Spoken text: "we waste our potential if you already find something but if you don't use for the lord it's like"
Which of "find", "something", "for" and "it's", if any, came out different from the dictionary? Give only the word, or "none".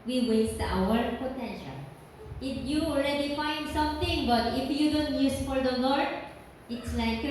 something